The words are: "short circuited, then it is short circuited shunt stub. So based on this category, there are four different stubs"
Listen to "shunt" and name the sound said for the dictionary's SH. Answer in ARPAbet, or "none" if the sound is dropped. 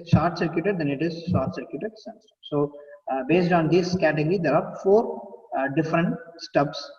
S